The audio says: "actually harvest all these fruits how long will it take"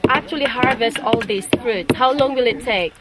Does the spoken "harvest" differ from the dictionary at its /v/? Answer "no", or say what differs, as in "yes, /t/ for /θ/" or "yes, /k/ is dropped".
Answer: no